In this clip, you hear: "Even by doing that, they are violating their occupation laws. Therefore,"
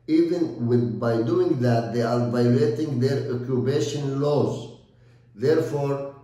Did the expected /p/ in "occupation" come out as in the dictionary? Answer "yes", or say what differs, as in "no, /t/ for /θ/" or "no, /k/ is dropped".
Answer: no, /b/ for /p/